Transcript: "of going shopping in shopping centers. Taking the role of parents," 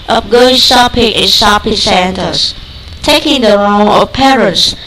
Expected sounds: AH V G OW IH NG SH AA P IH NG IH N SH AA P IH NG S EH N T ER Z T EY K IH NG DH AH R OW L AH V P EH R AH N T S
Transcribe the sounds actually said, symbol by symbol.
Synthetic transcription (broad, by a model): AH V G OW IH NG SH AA P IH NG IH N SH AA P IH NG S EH N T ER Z T EY K IH NG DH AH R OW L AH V P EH R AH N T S